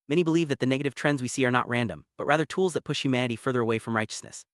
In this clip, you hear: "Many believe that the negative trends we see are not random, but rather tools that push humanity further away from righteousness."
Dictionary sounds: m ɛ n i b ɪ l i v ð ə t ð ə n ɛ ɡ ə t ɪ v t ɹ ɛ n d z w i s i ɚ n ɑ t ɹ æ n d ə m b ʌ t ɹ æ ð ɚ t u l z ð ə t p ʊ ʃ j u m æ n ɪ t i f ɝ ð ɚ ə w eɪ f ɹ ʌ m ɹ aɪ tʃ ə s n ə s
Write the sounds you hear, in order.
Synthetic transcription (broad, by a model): m ɛ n i b ɪ l i v ð ə t ð ə n ɛ ɡ ə t ɪ v t ɹ ɛ n d z w i s i ɚ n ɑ t ɹ æ n d ə m b ʌ t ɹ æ ð ɚ t u l z ð ə t p ʊ ʃ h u m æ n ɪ t i f ɝ ð ɚ ə w eɪ f ɹ ʌ m ɹ aɪ tʃ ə s n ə s